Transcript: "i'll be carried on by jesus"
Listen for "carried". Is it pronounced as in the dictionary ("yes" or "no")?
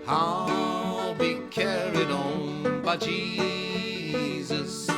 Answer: yes